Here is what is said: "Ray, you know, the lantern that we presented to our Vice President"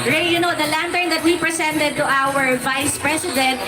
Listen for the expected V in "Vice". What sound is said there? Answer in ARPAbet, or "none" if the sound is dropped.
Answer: V